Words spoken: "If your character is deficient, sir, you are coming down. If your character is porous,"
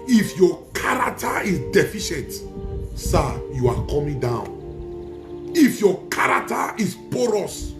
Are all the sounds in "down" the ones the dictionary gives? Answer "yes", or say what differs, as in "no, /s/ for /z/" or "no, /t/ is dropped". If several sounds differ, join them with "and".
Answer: yes